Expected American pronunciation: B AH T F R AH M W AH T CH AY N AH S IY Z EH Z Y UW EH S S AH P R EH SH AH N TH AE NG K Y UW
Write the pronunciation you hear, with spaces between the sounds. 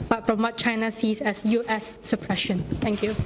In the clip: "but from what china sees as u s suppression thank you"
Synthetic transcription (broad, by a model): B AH T F R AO M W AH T CH AY N AH S IY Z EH S Y UW EH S S AH P R EH SH AH N T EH NG K Y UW